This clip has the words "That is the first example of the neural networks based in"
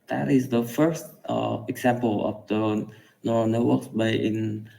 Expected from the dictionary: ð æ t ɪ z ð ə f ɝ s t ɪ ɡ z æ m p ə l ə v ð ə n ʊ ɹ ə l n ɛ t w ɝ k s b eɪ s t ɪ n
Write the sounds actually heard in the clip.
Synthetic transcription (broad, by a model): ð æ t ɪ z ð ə f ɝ s t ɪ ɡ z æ m p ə l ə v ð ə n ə n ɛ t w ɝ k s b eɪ t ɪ n